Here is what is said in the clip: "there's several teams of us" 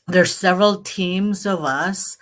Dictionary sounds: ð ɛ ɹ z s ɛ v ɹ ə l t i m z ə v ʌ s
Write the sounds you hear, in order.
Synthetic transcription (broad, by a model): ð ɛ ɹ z s ɛ v ɹ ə l t i m z ə v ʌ s